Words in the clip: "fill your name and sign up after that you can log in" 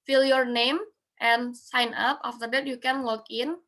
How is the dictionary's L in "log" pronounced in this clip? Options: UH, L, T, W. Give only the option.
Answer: W